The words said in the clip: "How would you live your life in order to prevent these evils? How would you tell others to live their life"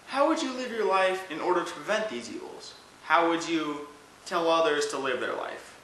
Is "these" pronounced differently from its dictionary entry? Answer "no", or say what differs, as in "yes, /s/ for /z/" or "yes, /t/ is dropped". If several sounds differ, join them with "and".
no